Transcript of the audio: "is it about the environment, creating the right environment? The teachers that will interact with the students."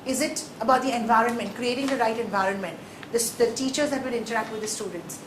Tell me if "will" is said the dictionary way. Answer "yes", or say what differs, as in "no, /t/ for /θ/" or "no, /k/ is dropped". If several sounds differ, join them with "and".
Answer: no, /n/ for /l/